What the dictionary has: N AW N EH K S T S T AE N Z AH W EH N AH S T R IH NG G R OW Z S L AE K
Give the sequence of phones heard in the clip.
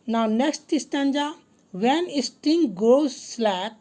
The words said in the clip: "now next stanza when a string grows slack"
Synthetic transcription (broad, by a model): N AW N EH K S T S T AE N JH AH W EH N AH S T IH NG G OW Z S L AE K